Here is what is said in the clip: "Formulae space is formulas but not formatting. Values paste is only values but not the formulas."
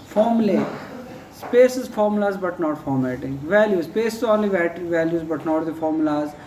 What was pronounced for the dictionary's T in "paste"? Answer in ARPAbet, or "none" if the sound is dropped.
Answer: none